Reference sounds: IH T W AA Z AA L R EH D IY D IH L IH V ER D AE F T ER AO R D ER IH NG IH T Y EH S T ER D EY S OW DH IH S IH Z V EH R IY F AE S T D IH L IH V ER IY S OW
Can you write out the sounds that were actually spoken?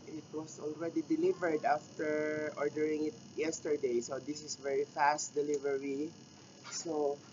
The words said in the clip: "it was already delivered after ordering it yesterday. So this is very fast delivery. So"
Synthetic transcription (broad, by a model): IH T W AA S AA L R EH D IY D IH L IH V ER D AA F T ER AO R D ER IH NG IH T Y EH S T ER D EY S OW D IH S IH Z V EH R IY F AE S T D IH L IH V ER IY S OW